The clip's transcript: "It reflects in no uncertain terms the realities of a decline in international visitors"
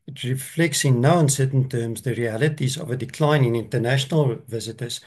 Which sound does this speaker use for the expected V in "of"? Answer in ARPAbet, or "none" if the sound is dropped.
V